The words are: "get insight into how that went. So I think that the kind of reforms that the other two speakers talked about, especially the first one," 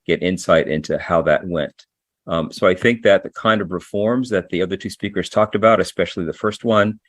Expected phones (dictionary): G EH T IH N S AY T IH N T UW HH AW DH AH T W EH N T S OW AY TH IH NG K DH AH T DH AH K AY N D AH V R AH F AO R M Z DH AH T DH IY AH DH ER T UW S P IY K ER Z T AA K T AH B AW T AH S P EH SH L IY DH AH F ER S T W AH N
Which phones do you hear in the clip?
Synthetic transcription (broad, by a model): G EH T IH N S AY T IH N T UW HH AW DH AH T W EH N T S OW AY TH IH NG K DH AH T DH AH K AY N D AH V R AH F AO R M Z DH AH T DH IY AH DH ER T UW S P IY K ER Z T AA K T AH B AW T AH S P EH SH L IY DH AH F ER S T W AH N